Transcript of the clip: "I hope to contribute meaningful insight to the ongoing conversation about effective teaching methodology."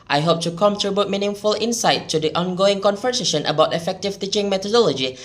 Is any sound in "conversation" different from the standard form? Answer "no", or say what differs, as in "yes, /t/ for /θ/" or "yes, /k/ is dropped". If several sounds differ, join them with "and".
yes, /f/ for /v/